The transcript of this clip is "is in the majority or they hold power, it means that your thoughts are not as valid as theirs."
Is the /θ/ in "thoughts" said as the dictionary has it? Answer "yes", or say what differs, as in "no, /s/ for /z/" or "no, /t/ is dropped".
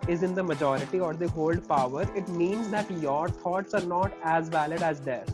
no, /t/ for /θ/